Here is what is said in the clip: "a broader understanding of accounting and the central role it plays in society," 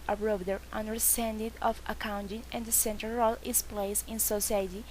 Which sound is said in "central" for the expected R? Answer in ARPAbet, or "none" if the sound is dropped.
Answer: none